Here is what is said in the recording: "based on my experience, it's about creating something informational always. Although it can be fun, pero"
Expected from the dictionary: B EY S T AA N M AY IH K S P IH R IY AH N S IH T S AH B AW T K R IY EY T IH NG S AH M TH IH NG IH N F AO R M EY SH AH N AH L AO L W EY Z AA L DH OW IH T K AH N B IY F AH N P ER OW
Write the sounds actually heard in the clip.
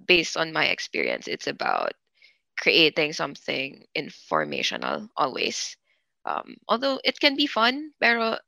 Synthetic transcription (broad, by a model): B EY S T AA N M AY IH K S P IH R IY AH N S IH T S AH B AW T K R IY EY T IH NG S AH M TH IH NG IH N F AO R M EY SH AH N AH L AO L W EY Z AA L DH OW IH T K AH N B IY F AH N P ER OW